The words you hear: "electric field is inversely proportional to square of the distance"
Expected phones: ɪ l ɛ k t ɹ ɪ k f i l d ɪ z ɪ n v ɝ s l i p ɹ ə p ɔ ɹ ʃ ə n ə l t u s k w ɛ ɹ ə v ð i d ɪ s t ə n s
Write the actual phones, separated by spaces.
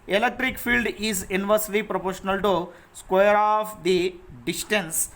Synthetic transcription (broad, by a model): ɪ l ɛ k t ɹ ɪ k f i l d ɪ z ɪ n v ɝ s l i p ɹ ə p ɔ ɹ ʃ ə n ə l t u s k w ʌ ɹ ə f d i d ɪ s t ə n s